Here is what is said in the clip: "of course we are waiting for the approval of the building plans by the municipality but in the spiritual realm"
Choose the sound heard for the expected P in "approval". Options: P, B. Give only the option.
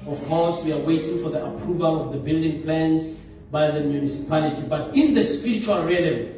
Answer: P